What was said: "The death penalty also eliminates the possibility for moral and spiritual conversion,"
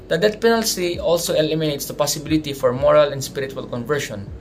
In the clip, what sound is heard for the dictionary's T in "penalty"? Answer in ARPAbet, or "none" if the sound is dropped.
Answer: S